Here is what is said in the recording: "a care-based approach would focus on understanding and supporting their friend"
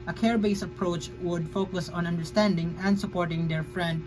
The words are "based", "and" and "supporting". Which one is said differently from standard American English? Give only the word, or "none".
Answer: based